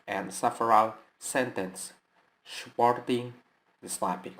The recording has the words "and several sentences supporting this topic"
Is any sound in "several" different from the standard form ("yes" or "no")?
yes